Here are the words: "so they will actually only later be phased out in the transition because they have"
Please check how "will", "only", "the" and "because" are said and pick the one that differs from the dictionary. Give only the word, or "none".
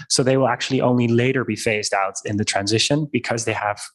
none